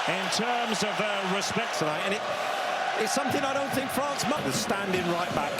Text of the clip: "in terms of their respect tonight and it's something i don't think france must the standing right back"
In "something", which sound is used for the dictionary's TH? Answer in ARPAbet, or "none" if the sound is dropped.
TH